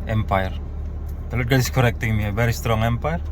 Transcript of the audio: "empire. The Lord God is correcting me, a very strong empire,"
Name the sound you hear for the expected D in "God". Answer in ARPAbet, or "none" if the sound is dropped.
none